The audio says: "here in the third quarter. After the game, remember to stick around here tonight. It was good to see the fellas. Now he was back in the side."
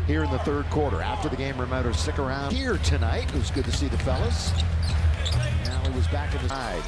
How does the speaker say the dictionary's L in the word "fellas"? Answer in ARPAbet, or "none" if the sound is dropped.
L